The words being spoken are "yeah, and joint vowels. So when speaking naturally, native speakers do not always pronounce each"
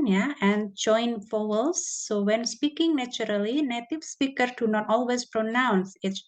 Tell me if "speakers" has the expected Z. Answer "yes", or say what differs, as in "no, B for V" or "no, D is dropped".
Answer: no, Z is dropped